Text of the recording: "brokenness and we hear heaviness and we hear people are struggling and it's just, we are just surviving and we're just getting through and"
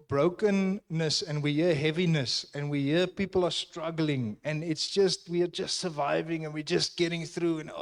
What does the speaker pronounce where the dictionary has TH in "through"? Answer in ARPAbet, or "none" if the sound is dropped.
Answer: TH